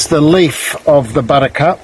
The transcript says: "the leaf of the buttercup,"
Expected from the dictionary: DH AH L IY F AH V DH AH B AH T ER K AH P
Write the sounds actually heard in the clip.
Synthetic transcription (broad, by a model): DH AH L IY F AH V DH AH B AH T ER K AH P